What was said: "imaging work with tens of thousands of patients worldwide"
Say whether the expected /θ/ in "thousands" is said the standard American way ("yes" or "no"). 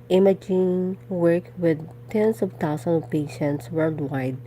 no